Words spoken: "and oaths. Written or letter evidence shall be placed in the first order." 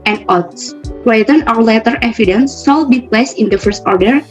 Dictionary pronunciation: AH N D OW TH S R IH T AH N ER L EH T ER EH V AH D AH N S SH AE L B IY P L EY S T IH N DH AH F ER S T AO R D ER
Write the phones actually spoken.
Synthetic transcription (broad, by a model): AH N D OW T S W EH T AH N ER L EH T ER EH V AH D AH N S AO L B IY P L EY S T IH N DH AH F ER S T AO R D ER